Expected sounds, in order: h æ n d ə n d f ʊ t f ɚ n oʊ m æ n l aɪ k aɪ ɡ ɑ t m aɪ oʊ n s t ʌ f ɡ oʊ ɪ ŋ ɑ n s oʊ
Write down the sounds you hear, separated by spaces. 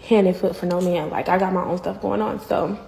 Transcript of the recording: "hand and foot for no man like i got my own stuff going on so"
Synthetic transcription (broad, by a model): h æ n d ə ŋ f ʊ t f ɚ n oʊ m æ n l aɪ k aɪ ɡ ɑ t m aɪ oʊ n s t ʌ f ɡ oʊ ɪ ŋ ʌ n s oʊ